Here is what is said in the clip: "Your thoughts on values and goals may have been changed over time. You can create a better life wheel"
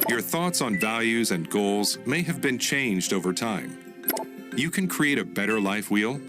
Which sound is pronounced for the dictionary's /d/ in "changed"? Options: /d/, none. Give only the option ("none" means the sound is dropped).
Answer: /d/